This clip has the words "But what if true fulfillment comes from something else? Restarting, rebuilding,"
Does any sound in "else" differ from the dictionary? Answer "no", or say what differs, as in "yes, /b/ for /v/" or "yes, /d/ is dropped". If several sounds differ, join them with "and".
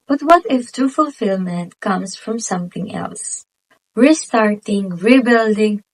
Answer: no